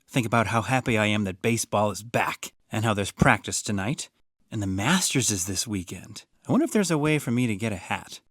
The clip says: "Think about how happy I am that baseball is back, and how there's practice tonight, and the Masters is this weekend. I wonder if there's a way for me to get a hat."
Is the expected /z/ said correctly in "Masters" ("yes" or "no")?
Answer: yes